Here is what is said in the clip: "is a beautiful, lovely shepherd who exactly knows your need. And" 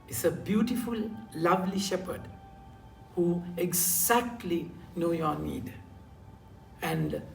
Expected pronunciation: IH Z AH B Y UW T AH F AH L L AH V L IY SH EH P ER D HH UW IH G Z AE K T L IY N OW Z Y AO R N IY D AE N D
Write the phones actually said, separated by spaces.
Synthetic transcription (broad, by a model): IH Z AH B Y UW T AH F AH L L AH V L IY SH EH P ER D HH UW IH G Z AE K T L IY N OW Y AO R N IY D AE N D